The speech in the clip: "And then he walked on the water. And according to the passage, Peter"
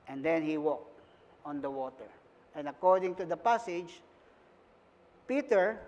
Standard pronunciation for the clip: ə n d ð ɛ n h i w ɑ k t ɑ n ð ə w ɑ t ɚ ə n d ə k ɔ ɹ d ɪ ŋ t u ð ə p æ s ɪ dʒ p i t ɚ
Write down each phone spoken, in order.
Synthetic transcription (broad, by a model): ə n d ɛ n h i w ɑ k t ɑ n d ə w ɑ t ɚ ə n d ə k ɔ ɹ d ɪ ŋ t u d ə p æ s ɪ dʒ p i t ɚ